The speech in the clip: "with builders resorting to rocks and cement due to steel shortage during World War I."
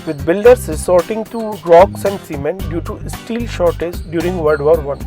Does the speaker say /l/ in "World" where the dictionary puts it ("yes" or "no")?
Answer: no